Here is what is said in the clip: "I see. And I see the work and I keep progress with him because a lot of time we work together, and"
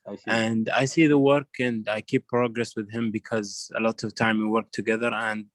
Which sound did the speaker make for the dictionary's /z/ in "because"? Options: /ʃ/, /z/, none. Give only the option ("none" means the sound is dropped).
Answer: /z/